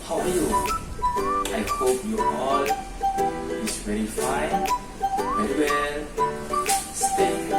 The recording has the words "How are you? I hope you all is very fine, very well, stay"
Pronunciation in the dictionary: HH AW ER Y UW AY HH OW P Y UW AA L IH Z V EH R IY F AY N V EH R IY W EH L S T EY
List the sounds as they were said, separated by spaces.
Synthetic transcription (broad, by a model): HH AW Y UW AY HH OW P Y UW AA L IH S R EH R IY F AY N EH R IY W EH N S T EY